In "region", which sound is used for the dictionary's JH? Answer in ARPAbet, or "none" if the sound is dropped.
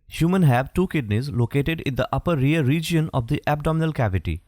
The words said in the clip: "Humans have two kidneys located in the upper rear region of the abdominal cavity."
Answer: JH